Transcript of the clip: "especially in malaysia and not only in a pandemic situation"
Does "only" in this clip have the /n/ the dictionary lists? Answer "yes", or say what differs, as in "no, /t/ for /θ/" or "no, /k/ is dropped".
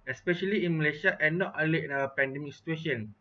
no, /n/ is dropped